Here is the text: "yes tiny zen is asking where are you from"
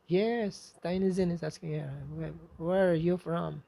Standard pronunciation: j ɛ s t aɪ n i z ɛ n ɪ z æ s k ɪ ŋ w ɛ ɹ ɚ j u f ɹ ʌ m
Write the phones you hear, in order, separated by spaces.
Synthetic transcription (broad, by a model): j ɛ s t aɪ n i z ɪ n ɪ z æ s k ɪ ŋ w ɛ w ɚ j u f ɹ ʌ m